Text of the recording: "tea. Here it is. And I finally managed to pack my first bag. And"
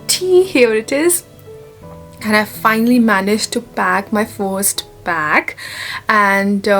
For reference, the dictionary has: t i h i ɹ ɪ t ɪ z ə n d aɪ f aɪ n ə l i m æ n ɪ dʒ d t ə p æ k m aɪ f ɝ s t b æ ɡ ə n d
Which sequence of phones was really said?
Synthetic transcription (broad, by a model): t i h i ɹ ɪ t ɪ z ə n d aɪ f aɪ n ə l i m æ n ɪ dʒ t ə b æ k m aɪ f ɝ s t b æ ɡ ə n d